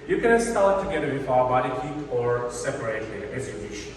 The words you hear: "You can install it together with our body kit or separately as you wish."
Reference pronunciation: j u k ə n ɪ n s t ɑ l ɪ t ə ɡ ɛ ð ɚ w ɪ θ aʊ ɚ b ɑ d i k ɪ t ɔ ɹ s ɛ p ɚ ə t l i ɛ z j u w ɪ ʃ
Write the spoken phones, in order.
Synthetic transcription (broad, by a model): j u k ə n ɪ s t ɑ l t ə ɡ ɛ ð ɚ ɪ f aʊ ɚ b ɑ d i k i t ɔ ɹ s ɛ p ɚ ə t i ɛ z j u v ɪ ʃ